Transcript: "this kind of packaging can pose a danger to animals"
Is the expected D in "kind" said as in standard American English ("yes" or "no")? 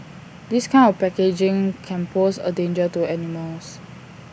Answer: no